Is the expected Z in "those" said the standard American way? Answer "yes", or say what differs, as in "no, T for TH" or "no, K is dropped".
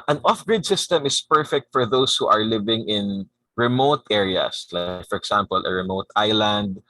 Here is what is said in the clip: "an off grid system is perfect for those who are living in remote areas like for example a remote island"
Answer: no, S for Z